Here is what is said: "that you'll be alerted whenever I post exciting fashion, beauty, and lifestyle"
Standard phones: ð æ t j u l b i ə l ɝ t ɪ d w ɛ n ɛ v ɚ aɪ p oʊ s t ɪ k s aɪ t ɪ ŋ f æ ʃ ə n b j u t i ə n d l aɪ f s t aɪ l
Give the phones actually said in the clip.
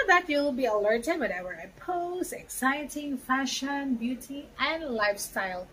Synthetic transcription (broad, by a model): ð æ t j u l b i ə l ɝ t ɪ d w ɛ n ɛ w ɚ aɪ p oʊ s ɪ k s aɪ t ɪ ŋ f æ ʃ ə n b j u t i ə n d l aɪ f s t aɪ l